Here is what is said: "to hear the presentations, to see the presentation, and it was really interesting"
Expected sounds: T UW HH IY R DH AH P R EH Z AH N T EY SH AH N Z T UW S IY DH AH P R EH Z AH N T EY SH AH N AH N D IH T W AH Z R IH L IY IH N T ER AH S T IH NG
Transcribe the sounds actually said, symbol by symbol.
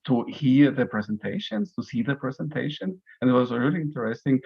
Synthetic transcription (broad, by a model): T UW HH IY R DH AH P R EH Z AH N T EY SH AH N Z T UW S IY DH AH P R EH Z AH N T EY SH AH N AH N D IH T W AH Z R IH L IY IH N T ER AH S T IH NG